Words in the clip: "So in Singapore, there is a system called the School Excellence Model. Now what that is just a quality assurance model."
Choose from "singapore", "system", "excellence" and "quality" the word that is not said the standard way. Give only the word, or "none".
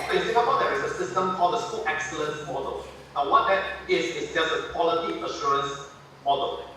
singapore